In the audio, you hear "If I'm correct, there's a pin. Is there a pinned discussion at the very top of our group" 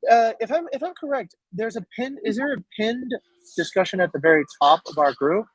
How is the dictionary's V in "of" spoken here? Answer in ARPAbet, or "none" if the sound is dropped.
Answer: V